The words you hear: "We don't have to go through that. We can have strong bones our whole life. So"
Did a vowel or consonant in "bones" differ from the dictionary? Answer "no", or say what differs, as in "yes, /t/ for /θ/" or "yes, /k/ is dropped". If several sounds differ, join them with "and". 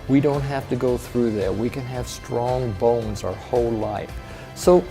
no